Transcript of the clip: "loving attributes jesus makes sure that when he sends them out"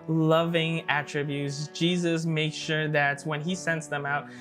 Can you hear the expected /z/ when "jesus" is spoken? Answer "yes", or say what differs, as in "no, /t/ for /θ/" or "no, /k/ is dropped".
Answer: yes